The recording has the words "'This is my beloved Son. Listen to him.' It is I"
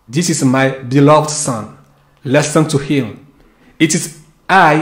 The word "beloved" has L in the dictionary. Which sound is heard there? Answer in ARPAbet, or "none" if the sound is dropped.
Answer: L